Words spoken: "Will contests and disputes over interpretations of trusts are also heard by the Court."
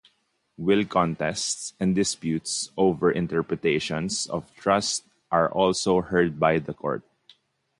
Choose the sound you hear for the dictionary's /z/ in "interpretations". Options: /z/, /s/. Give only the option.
/s/